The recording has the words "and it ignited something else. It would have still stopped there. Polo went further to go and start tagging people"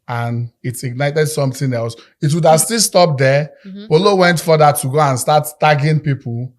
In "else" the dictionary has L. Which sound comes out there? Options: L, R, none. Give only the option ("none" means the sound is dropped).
L